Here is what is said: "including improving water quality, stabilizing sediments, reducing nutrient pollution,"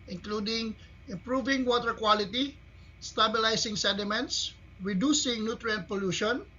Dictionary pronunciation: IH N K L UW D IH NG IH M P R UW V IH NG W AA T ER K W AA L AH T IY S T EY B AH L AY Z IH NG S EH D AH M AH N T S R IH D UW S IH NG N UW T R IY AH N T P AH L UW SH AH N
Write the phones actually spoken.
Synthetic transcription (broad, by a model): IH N K L UW D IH NG IH M P R UW V IH NG W AA T ER K W AA L AH T IY S T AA B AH L AY S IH NG S EH D AH M AH N T S R IH D UW S IH NG N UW T R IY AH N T P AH L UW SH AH N